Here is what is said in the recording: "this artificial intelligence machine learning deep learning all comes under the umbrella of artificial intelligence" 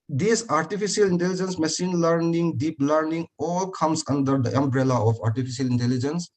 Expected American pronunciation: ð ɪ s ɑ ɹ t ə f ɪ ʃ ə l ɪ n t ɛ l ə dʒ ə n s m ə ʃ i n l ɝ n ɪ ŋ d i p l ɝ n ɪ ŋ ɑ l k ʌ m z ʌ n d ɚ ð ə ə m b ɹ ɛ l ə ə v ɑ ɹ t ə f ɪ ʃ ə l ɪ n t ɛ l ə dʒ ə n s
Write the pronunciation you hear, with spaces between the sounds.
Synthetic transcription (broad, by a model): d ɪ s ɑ ɹ t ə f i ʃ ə l ɪ n t ɛ l ə dʒ ə n s m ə s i n l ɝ n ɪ ŋ d i p l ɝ n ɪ ŋ ɑ l k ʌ m s ʌ n d ɚ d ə ə m b ɹ ɛ l ə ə p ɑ ɹ t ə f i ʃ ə l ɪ n t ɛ l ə dʒ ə n s